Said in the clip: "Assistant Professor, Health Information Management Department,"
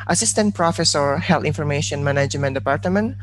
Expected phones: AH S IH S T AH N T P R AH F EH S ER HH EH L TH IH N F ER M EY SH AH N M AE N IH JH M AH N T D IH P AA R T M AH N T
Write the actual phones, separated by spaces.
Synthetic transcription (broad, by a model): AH S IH S T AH N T P R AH F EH S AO HH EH L T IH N F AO M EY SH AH N M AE N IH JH M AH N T D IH P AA R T M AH N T